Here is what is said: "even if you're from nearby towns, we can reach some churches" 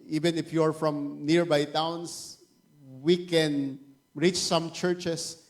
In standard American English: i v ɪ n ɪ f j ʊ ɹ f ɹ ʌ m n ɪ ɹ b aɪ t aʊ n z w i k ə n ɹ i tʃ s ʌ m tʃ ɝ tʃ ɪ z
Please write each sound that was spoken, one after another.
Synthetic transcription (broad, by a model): i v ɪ n ɪ f j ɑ ɹ f ɹ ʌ m n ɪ ɹ b aɪ t aʊ n s w i k ə n ɹ i tʃ s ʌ m tʃ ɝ tʃ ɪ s